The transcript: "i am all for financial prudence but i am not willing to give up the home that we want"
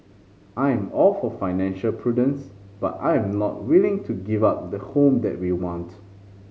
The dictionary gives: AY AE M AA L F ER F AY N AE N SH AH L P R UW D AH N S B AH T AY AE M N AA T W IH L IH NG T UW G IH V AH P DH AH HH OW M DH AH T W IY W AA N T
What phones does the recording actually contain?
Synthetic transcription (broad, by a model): AY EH M AA L F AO F AY N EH N SH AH L P R UW D AH N S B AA T AY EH M N AA T W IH L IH NG T UW G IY V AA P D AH HH OW M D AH T W IY W AA N T